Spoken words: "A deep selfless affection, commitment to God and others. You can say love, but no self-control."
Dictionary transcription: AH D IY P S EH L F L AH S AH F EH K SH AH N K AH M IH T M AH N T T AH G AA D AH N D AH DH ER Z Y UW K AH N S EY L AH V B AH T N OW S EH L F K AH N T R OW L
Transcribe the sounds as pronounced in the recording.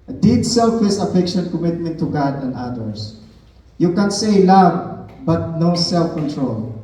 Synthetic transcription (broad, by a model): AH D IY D S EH L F AH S AH F EH K SH AH N K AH M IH T M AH N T T AH G AA D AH N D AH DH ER S Y UW K AH N S EY L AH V B AH T N OW S EH L F K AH N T R OW L